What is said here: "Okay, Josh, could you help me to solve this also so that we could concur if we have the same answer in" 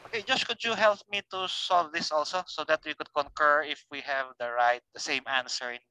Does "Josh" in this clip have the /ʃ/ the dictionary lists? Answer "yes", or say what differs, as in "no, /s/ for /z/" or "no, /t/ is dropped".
no, /s/ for /ʃ/